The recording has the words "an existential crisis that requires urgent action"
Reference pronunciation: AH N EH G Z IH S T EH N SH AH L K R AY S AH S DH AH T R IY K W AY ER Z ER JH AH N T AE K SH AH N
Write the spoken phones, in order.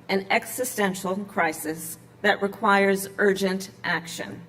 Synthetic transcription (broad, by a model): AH N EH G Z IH S T EH N SH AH L K R AY S AH S DH AH T R IY K W AY ER Z ER JH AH N T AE K SH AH N